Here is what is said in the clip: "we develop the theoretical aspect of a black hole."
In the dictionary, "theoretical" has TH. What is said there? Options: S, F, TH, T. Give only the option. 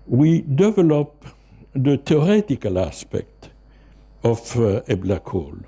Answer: T